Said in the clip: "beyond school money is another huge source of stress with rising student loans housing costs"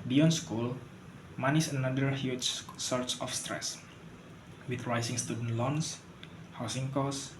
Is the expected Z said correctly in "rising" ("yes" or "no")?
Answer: no